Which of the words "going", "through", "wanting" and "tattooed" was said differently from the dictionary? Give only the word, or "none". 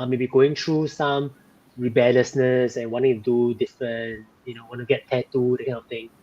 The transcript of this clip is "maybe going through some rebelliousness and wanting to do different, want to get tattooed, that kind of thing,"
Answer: through